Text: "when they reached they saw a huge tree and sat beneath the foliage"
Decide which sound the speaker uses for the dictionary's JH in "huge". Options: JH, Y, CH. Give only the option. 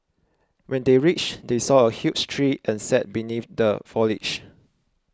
CH